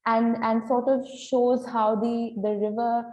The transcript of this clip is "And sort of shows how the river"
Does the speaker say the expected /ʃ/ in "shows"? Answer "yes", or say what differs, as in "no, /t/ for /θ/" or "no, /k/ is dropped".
yes